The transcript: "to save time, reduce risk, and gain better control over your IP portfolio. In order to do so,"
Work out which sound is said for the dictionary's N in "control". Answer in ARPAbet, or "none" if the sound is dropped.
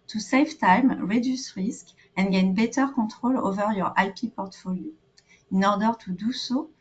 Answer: none